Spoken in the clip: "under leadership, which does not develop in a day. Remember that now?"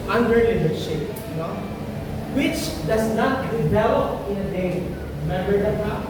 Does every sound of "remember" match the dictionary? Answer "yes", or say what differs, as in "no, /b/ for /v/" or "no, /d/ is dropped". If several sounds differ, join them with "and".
no, /b/ is dropped